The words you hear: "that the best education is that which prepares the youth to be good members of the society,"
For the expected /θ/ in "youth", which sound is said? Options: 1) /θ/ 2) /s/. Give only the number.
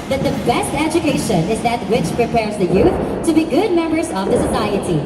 1